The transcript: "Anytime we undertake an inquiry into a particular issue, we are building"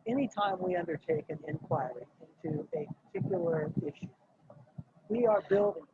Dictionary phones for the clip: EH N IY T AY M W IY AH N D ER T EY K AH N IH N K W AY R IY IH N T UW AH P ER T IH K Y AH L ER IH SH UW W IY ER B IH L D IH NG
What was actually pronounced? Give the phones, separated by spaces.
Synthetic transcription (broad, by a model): EH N IY T AY M W IY AH N D ER T EY K AH N IH N K W AY R IY IH N T UW AH P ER T IH K Y L ER IH SH UW W IY ER B IH L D IH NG